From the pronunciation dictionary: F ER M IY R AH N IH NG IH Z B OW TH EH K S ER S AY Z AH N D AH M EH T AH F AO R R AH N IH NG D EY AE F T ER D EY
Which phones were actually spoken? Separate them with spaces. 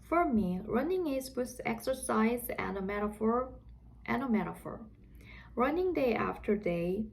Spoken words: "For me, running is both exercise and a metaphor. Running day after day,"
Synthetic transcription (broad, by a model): F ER M IY R AH N IH NG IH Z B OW S EH K S ER S AY Z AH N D AH M EH T AH F AO R R AH N IH NG D EY AE F T ER D EY